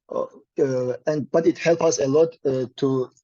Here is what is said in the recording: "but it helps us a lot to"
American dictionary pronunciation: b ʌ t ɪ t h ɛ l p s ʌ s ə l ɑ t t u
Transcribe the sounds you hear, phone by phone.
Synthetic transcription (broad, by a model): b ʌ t ɪ t h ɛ l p ʌ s ə l ɑ t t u